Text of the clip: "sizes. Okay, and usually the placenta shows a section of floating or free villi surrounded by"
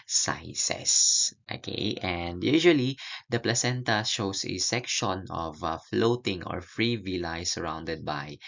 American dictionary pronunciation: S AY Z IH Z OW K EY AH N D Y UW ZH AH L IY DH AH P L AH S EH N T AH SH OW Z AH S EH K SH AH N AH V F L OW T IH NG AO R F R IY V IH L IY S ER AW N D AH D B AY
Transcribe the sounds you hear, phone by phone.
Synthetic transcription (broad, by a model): S AY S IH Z OW K EY AH N D Y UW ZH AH L IY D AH P L AH S EH N T AH SH OW S AH S EH K SH AH N AH V F L OW T IH NG AO R F R IY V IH L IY S ER AW N D AH D B AY